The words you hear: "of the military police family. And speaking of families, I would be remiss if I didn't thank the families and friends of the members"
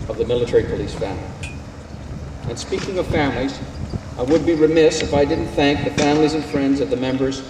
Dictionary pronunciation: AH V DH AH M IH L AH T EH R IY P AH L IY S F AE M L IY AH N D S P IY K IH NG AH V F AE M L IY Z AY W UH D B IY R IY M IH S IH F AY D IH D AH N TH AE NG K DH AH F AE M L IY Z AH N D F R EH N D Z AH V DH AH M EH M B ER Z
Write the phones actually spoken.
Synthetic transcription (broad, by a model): AH V DH AH M IH L AH T EH R IY P AH L IY S F AE M L IY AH N S P IY K IH NG AH V F AE M L IY Z AY W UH D B IY R IY M IH S IH F AY D IH D N TH AE NG K DH AH F AE M L IY Z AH N F R EH N D Z AH V DH AH M EH M B ER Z